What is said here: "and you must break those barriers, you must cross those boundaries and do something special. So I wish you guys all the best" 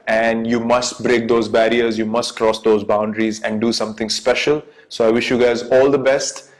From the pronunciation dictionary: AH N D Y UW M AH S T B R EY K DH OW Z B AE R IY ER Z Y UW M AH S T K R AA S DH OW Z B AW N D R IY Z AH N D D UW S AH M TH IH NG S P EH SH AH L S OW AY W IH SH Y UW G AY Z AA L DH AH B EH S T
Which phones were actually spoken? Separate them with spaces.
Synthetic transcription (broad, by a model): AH N D Y UW M AH S T B R EY K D OW Z B AE R IY ER Z Y UW M AH S T K R AA S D OW Z B AW N D R IY Z AH N D D UW S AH M T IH NG S P EH SH AH L S OW AY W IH SH Y UW G AY Z AA L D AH B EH S T